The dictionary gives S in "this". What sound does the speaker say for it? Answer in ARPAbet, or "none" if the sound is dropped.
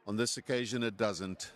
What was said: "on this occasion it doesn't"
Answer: S